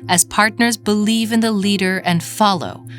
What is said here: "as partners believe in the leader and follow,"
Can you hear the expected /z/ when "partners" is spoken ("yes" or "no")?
yes